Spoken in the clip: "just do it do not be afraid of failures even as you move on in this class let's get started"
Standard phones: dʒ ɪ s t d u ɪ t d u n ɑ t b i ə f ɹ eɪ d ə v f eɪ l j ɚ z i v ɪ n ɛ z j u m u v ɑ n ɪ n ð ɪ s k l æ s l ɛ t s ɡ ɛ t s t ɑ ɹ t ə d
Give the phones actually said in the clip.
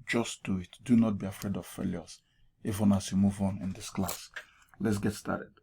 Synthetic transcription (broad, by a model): dʒ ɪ s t d u ɪ t d u n ɑ t b i ə f ɹ eɪ d ə v f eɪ l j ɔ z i f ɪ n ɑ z j u m u v ɑ n ɪ n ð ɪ s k l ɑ s l ɛ t s ɡ ɛ t s t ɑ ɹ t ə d